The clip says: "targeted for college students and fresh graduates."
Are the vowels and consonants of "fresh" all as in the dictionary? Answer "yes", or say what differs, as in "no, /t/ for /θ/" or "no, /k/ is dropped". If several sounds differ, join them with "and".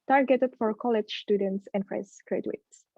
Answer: no, /s/ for /ʃ/